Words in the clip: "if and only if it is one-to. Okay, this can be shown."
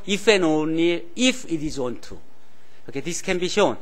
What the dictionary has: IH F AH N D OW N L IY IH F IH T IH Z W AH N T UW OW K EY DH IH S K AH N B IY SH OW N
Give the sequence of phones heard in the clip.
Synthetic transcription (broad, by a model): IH F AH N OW N IY IH F IH T IH Z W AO N T UW OW K EY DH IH S K AH N B IY SH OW N